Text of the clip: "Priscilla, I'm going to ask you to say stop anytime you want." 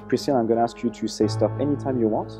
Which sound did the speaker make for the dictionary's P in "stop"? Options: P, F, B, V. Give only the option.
F